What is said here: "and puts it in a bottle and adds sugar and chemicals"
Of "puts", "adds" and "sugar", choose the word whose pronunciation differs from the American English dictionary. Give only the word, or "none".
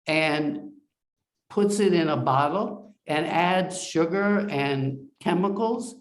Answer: none